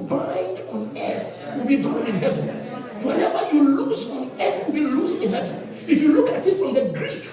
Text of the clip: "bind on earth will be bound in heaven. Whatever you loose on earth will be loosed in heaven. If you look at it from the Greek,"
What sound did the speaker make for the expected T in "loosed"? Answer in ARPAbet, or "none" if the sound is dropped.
none